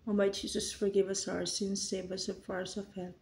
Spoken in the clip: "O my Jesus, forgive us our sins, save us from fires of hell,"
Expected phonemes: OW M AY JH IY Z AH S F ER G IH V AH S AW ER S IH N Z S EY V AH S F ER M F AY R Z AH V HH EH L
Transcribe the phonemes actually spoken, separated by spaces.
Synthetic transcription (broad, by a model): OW M AY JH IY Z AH S F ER G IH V AH S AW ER S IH N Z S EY B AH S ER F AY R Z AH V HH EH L